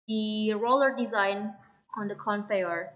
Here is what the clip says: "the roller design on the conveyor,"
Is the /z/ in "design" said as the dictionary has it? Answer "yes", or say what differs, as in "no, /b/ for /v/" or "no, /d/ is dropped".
yes